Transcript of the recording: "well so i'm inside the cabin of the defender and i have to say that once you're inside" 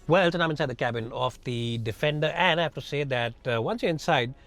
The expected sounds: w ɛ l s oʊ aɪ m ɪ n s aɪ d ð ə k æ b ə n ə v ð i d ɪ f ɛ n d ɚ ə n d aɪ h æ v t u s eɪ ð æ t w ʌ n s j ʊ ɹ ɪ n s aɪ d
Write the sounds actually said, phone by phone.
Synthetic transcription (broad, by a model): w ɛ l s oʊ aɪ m ɪ n s aɪ d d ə k æ b ə n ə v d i d ɪ f ɛ n d ɚ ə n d aɪ h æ f t u s eɪ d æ t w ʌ n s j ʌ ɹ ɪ n s aɪ d